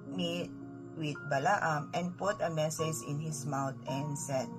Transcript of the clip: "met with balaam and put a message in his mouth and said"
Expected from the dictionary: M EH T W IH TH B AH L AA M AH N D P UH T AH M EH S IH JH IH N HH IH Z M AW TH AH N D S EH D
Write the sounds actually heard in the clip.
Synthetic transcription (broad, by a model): M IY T W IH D B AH L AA M AH N D P UH T AH M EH S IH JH IH N HH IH S M AW T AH N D S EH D